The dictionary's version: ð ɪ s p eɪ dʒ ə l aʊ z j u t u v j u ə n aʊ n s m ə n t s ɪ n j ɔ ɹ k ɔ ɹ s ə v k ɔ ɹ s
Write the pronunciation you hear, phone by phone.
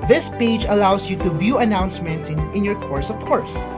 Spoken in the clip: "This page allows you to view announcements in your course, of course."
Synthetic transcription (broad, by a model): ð ɪ s p eɪ dʒ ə l aʊ s j u t u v j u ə n aʊ n s m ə n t s ɪ n j ɔ ɹ k ɔ ɹ s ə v k ɔ ɹ s